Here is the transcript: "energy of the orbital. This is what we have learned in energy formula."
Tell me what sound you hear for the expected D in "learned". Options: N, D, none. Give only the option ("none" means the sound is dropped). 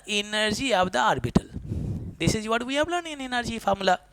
none